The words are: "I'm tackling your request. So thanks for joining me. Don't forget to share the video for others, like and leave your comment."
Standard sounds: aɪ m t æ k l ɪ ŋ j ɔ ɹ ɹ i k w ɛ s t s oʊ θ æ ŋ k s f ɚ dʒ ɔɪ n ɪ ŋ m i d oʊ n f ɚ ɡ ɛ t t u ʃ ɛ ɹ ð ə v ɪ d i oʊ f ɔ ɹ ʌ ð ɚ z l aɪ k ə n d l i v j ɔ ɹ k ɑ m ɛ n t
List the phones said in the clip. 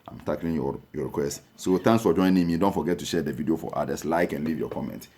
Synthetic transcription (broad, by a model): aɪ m t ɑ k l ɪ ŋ j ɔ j ɹ i k w ɛ s t s oʊ t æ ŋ k s f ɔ dʒ ɔɪ n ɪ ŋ m i d oʊ n f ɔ ɡ ɛ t t u ʃ ɛ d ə v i d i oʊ f ɔ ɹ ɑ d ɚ s l aɪ k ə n l i v j ɔ k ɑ m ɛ n t